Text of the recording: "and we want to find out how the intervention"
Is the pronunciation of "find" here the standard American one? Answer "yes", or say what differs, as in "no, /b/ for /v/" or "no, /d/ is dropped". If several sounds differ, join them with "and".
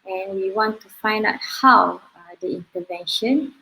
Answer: yes